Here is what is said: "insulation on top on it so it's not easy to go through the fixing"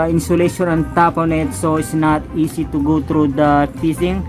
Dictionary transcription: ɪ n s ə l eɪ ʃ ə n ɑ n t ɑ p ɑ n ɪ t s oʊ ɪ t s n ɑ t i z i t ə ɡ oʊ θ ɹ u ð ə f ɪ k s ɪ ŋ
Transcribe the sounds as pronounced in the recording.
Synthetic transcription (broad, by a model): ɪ n s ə l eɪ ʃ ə n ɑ n t ɑ p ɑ n ɪ t s oʊ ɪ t s n ɑ t i s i t ə ɡ oʊ t ɹ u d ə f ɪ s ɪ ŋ